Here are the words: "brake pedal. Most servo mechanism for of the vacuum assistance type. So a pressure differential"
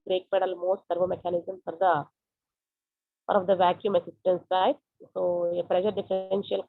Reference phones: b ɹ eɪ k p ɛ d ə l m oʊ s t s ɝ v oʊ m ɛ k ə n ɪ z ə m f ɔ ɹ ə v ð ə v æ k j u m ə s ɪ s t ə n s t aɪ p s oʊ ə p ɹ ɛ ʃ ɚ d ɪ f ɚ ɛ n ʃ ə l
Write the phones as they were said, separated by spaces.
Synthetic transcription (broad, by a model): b ɹ eɪ k p ɛ d ə l m oʊ s t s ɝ v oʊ m ɛ k ə n ɪ z ə m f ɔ ɹ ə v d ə v æ k j u m ə s ɪ s t ə n s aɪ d s oʊ ə p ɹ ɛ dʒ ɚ d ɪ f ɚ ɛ n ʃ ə l